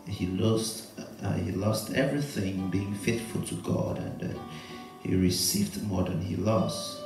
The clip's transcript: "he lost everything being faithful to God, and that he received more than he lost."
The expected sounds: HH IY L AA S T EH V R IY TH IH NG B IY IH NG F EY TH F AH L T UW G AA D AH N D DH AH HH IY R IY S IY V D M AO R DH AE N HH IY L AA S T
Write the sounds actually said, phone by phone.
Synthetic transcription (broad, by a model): HH IY L AA S T EH V R IY TH IH NG B IY IH NG F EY T F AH L T UW G AA D AH N D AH HH IY R IY S IY V D M AO R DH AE N HH IY L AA S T